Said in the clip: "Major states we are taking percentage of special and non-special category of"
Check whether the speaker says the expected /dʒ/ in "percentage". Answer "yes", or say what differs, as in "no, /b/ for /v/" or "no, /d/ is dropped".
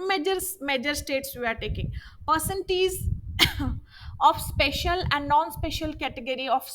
no, /z/ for /dʒ/